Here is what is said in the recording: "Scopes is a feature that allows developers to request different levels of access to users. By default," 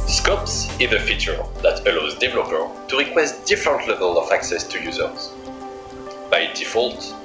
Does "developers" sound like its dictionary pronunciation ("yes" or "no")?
no